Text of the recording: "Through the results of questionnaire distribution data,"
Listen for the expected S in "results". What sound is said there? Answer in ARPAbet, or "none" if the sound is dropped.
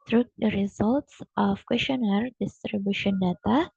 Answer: S